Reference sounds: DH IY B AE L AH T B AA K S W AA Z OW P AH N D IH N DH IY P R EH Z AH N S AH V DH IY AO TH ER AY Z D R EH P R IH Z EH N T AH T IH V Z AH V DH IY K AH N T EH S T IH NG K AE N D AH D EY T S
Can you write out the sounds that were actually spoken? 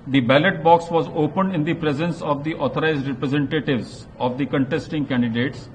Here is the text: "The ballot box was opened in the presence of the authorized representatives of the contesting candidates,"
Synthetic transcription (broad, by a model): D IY B AE L AH T B AA K S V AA Z OW P AH N D IH N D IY P R EH Z AH N S AH V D IY AO T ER AY Z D R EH P R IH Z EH N T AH T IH V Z AH V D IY K AH N T EH S T IH NG K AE N D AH D EY T S